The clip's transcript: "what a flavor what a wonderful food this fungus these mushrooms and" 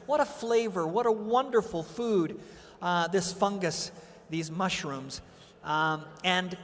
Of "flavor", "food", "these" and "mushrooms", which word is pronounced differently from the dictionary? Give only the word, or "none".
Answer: none